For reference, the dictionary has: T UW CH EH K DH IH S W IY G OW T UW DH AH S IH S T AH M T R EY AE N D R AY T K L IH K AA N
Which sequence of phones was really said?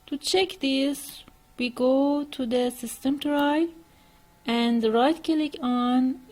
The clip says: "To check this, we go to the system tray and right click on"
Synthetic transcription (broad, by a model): T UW CH EH K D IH S W IY G OW T UW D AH S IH S T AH M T R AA AE N D R AY T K L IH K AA N